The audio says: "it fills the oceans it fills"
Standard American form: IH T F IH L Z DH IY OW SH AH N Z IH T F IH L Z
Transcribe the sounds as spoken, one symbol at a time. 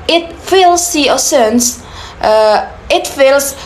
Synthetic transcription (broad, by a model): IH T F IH L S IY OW S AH N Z IH T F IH L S